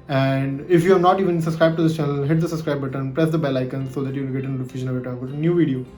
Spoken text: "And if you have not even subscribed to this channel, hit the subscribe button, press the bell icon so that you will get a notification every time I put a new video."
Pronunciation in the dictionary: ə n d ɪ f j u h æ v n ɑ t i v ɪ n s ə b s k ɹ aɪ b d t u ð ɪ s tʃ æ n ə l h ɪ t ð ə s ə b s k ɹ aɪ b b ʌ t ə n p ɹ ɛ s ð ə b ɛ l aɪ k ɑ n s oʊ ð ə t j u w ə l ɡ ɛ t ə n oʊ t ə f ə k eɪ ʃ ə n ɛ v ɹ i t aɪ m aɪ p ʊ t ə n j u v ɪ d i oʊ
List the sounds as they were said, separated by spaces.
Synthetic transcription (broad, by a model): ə n d ɪ f j u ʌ n ɑ t i v ɪ n s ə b s k ɹ aɪ b t u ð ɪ s tʃ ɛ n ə l h ɪ t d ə s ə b s k ɹ aɪ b b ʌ t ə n p ɹ ɛ s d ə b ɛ l aɪ k ɑ n s oʊ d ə t j u ɡ ɛ t ə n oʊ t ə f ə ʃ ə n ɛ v i t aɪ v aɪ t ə n j u v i d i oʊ